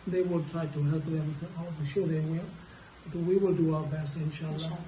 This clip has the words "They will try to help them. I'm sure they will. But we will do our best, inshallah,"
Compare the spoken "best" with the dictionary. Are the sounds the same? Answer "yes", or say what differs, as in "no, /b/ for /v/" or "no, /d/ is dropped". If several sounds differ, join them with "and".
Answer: no, /t/ is dropped